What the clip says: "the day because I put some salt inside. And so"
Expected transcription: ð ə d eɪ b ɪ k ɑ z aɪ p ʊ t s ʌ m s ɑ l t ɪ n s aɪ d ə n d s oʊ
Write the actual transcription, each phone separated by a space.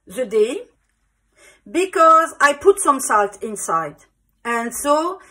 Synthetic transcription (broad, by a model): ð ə d eɪ b ɪ k ɑ z aɪ p ʊ t s ʌ m s ɑ l t ɪ n s aɪ d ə n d s oʊ